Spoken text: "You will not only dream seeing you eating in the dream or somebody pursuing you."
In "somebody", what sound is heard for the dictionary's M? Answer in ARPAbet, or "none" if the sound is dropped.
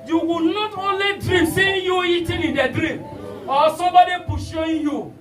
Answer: none